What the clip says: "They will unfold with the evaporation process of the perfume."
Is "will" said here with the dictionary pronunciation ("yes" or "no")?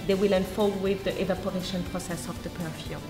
yes